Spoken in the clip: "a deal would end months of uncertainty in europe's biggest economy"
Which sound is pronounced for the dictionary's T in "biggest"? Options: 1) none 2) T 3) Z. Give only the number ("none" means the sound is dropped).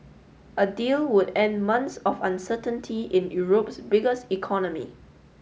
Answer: 2